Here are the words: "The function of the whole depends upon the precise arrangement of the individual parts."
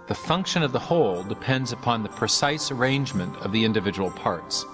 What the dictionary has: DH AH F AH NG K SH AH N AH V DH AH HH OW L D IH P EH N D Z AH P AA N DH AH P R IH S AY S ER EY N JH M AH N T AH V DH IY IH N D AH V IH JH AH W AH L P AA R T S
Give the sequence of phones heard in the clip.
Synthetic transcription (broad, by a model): DH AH F AH NG K SH AH N AH V DH AH HH OW L D IH P EH N D Z AH P AA N DH AH P R IH S AY S ER EY N JH M AH N T AH V DH IY IH N D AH V IH JH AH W L P AA R T S